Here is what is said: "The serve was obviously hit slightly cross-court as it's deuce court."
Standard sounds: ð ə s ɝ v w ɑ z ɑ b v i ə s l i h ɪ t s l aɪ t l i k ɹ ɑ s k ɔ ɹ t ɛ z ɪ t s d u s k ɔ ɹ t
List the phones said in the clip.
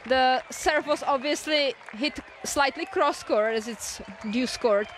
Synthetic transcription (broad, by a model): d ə s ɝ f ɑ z ɑ b v i ə s l i h ɪ t s l aɪ t l i k ɹ ɑ s k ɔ ɹ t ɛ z ɪ t s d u s k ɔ ɹ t